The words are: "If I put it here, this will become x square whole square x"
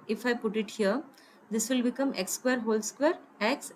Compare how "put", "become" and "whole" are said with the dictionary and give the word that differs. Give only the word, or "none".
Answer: none